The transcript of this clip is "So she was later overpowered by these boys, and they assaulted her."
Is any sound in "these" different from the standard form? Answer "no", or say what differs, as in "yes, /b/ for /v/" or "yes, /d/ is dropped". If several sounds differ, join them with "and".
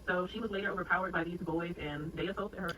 no